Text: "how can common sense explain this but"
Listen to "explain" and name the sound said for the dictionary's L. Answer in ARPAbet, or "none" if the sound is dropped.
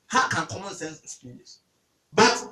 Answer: none